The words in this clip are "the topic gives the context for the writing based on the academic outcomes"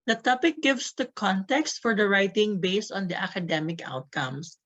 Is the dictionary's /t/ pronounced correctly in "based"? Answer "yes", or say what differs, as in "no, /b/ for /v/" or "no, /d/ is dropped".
yes